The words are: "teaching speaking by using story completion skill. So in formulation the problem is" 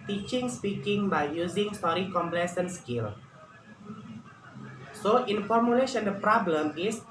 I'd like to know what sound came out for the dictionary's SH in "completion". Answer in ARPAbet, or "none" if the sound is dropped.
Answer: S